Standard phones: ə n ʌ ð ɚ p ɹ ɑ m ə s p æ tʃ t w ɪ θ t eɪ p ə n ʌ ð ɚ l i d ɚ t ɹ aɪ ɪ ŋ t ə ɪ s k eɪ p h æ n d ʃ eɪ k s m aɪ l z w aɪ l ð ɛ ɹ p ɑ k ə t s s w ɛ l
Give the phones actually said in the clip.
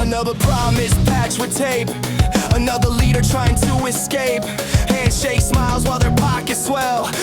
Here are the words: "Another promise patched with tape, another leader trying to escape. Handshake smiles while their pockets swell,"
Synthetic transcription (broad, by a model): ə n ʌ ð ɚ p ɹ ɑ m ə s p æ tʃ w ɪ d t eɪ p ə n ʌ ð ɚ l i d ɚ t ɹ aɪ ɪ ŋ t ə ɪ s k eɪ p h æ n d ʃ eɪ k s m aɪ l z w aɪ l ð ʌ ɹ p ɑ k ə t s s w ɛ l